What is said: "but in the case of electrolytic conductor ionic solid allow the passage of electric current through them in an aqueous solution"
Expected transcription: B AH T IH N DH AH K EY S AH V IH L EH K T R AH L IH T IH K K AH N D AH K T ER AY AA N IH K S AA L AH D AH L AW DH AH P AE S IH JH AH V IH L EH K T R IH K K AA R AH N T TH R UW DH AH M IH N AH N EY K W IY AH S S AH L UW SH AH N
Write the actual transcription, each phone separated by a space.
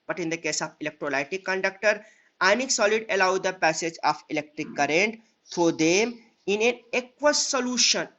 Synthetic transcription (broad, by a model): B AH T IH N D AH K EY S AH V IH L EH K T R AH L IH T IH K K AH N D AH K T ER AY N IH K S AA L AH D AH L AW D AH P AE S IH JH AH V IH L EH K T R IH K K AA R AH N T F R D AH M IH N AH N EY K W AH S S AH L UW SH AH N